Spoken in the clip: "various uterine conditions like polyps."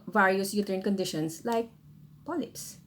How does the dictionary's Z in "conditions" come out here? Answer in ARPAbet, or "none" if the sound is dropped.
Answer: S